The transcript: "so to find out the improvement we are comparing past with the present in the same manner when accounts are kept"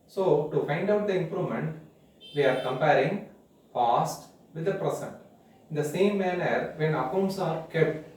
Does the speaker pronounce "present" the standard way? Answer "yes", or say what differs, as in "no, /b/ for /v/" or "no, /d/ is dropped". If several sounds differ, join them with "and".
no, /s/ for /z/